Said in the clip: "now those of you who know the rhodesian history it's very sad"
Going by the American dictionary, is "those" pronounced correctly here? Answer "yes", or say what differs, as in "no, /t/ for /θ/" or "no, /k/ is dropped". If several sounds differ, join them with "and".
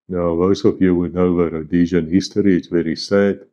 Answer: no, /s/ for /z/